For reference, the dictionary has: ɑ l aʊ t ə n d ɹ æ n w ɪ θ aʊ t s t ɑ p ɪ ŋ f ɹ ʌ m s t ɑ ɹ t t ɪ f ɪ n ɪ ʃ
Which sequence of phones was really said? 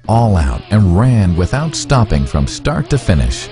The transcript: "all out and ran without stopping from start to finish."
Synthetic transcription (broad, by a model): ɑ l aʊ t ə n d ɹ æ n w ɪ θ aʊ t s t ɑ p ɪ ŋ f ɹ ʌ m s t ɑ ɹ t t ɪ f ɪ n ɪ ʃ